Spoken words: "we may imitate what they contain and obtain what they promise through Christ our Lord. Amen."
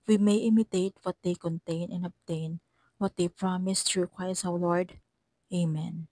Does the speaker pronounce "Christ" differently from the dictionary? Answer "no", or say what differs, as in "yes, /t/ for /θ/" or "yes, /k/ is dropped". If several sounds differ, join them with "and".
yes, /w/ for /ɹ/ and /t/ is dropped